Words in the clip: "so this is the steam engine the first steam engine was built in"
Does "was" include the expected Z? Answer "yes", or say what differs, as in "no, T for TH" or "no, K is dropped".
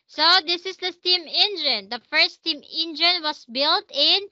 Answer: no, S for Z